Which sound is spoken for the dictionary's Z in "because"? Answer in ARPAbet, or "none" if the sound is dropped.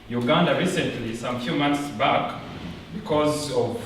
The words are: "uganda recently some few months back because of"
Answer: Z